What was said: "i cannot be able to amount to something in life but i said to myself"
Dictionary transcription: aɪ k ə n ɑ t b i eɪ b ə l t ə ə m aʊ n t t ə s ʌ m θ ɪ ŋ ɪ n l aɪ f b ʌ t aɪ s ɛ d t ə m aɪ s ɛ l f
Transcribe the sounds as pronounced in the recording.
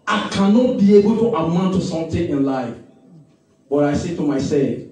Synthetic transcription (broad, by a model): aɪ k ə n ɑ t b i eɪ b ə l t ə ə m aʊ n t t ə s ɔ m t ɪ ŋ ɪ n l aɪ f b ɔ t aɪ s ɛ t ə m aɪ s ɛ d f